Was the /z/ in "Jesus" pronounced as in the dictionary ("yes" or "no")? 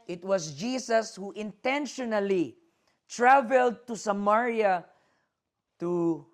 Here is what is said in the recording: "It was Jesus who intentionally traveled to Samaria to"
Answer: no